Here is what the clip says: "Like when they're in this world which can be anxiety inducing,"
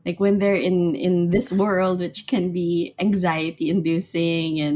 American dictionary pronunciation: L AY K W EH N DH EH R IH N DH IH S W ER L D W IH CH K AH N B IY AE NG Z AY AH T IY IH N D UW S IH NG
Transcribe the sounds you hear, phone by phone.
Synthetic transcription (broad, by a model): L AY K W EH N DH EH R IH N DH IH S W ER L D W IH CH K AH N B IY AE NG Z AY AH T IY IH N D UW S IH NG